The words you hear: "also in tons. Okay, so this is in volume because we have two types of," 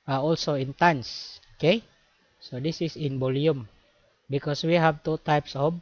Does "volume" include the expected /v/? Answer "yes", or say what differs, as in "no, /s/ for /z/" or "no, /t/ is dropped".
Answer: no, /b/ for /v/